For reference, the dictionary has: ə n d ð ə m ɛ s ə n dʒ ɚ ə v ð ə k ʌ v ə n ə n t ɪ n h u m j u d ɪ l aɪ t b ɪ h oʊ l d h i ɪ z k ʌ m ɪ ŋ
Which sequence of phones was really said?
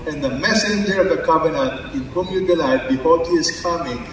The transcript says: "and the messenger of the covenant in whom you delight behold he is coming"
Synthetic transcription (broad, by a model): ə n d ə m ɛ s ə n dʒ ɚ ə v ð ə k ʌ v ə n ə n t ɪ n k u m j u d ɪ l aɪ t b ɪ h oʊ d h i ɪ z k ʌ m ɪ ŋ